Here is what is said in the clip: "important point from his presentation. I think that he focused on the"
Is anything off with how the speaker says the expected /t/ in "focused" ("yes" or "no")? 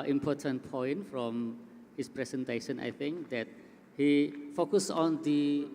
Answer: yes